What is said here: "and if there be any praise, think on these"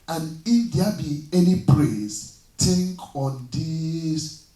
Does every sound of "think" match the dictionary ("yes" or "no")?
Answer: no